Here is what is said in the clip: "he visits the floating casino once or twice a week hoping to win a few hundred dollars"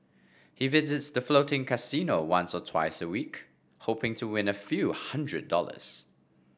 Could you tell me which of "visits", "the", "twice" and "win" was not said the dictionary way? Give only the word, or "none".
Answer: none